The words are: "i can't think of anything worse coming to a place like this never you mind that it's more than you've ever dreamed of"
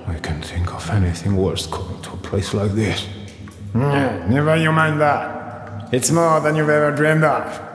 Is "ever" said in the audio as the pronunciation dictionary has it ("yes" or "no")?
yes